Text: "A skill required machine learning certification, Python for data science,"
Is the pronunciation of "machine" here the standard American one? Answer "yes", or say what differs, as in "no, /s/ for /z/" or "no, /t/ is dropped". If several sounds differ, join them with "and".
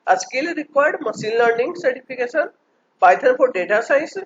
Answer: no, /s/ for /ʃ/